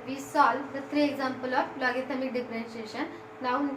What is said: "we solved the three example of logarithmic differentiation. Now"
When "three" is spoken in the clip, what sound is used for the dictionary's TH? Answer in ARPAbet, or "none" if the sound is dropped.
T